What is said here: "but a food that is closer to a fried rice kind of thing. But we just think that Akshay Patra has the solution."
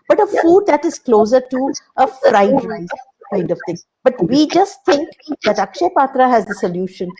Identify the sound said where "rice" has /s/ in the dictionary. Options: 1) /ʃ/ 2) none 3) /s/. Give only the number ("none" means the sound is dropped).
2